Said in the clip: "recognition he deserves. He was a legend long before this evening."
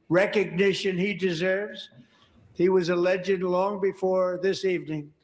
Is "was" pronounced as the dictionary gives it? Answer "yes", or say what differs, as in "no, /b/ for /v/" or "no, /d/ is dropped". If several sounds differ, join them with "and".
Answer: yes